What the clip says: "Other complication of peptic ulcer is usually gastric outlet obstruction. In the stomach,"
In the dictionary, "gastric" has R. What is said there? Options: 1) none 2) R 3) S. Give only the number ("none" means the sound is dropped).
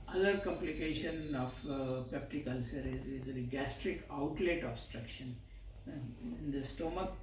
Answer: 2